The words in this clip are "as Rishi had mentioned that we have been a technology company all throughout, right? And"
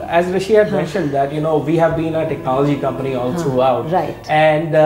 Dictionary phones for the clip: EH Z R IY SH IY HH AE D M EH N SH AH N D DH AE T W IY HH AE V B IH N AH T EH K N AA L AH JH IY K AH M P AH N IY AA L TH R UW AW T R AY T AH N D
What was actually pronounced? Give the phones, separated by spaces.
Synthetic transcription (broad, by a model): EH Z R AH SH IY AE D M EH N SH AH N D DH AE T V IY HH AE V B IH N AH T EH K N AA L AH JH IY K AH M P AH N IY AA L T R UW AW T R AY AH N D